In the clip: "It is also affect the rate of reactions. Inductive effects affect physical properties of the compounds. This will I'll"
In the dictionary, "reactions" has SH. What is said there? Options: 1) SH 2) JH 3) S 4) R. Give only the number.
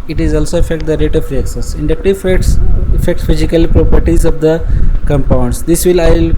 3